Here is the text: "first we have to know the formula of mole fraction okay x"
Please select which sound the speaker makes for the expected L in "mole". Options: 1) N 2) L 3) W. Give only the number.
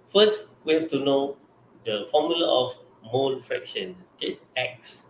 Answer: 1